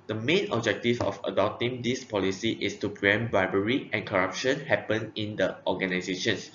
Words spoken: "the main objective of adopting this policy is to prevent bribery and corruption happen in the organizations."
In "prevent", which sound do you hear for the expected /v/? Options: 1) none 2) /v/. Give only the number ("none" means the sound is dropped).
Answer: 1